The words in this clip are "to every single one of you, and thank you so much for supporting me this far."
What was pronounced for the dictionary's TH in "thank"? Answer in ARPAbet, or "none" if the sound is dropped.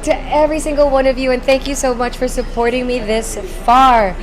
TH